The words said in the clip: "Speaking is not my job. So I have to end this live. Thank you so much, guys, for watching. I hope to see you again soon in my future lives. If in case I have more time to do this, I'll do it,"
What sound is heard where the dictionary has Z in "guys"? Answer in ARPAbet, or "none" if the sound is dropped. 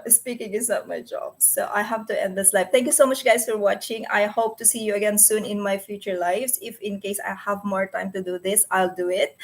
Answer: S